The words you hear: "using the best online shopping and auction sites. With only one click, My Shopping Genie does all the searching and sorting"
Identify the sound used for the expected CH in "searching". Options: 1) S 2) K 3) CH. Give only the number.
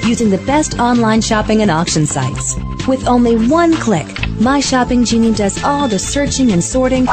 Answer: 3